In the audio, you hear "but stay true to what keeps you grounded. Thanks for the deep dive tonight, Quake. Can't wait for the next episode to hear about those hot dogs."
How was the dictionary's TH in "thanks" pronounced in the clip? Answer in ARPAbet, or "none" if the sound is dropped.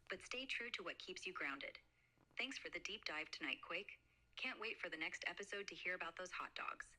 TH